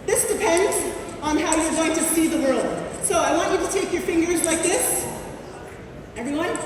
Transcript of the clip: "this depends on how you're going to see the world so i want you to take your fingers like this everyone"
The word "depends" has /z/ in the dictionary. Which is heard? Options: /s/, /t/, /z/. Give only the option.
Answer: /z/